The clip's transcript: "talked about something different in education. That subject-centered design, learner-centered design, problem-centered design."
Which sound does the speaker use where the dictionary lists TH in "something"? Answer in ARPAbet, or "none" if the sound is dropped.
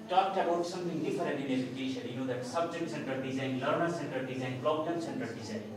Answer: T